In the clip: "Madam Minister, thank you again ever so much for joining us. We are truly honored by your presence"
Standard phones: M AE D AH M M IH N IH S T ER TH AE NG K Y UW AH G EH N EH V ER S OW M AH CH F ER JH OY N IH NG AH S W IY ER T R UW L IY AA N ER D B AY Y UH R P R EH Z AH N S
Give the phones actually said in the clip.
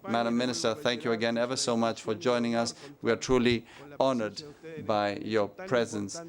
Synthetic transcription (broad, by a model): M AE D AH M M IH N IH S T ER TH AE NG K Y UW AH G EH N EH V ER S OW M AH CH F ER JH OY N IH NG AH S W IY ER T R UW L IY AA N ER D B AY Y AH R P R EH Z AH N S